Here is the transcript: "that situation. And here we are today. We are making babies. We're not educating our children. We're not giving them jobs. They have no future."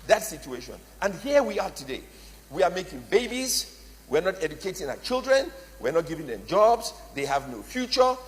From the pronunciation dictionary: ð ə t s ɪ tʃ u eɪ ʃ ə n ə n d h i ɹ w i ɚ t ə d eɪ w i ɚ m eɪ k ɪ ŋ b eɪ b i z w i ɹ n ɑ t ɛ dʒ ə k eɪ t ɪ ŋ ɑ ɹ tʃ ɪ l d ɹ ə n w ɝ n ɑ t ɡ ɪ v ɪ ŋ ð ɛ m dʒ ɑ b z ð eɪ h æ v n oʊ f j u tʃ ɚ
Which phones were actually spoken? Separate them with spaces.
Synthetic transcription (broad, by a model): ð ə t s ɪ tʃ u eɪ ʃ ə n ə n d h i ɹ w i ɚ t ə d eɪ w i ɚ m eɪ k ɪ ŋ b eɪ b i z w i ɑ n ɑ t ɛ dʒ ə k eɪ t ɪ ŋ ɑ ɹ tʃ ɪ l d ɹ ə n w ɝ n ɑ t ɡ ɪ v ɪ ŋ ð ɛ m dʒ ɑ b z ð eɪ h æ v n oʊ f j u tʃ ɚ